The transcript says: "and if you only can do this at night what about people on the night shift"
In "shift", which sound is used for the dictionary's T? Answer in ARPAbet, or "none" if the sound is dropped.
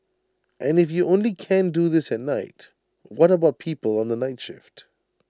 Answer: T